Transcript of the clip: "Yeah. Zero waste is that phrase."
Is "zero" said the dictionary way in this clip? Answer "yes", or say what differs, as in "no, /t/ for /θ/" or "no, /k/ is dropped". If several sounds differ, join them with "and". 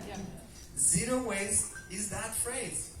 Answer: yes